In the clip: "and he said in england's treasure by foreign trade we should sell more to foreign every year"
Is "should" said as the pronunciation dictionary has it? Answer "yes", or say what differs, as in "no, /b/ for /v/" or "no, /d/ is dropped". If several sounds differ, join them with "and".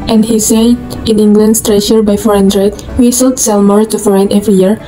no, /s/ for /ʃ/